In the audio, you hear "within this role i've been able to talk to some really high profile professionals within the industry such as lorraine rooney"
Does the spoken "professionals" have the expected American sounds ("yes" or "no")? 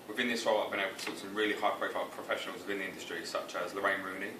yes